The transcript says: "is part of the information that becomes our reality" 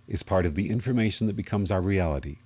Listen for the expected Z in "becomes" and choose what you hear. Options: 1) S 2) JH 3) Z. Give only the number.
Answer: 3